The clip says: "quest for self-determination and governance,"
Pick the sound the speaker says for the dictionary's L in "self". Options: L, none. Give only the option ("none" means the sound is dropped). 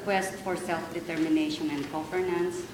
L